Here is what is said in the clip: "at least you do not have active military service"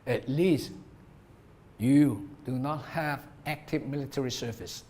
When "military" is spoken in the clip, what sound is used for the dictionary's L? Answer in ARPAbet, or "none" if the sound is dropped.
L